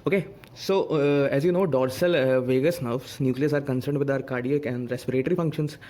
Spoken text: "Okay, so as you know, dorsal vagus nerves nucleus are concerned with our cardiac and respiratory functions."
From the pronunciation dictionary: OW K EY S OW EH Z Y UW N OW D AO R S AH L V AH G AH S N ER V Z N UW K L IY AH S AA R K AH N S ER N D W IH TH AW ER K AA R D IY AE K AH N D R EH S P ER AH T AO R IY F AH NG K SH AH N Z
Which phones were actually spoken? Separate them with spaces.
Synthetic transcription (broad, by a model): OW K EY S OW EH Z Y UW N OW D AO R S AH L V AH G AH S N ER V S N UW K L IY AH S AA R K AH N S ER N D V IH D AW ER K AA R D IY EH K AH N D R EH S P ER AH T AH R IY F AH NG K SH AH N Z